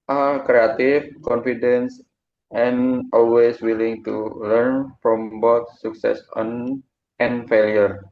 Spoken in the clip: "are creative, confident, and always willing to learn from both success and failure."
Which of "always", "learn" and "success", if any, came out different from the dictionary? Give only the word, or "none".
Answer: always